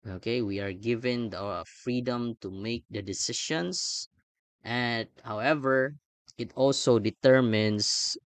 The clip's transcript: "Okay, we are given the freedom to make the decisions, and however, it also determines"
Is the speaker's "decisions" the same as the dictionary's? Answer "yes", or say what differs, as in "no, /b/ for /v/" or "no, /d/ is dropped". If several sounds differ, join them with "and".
no, /ʃ/ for /ʒ/ and /s/ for /z/